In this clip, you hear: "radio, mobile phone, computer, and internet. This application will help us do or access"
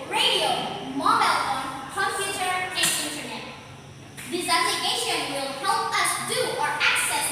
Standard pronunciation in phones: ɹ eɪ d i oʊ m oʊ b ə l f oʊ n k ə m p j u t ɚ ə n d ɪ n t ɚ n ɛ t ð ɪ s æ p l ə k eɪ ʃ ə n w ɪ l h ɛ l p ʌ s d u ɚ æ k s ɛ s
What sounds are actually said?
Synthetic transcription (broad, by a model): ɹ eɪ d i oʊ m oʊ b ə l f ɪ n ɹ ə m f j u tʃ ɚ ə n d ɪ n t ɚ n ɛ t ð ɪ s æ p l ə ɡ eɪ ʃ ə n w ɪ l h ɛ l p ʌ s d u ɚ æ k s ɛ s